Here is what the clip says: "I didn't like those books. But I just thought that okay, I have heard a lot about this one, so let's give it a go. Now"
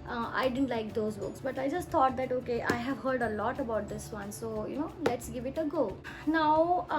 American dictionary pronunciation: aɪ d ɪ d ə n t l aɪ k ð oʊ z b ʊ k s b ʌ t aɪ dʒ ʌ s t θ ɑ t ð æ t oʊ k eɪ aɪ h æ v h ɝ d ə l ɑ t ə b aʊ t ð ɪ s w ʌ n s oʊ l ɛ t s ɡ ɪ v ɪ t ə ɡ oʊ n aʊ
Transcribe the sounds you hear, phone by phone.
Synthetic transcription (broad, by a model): aɪ d ɪ d ə n t l aɪ k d oʊ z b ʊ k s b ʌ t aɪ dʒ ʌ s t t ɑ t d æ t oʊ k eɪ aɪ h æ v h ɝ d ə l ɑ t ə b aʊ t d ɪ s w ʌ n s oʊ l ɛ t s ɡ ɪ v ɪ t ə ɡ oʊ n aʊ